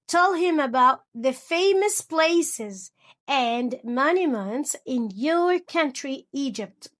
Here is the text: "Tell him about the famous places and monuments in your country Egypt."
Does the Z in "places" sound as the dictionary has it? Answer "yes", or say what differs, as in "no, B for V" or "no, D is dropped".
yes